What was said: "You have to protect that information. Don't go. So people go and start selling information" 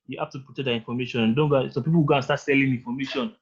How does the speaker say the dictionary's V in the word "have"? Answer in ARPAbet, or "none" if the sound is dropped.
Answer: F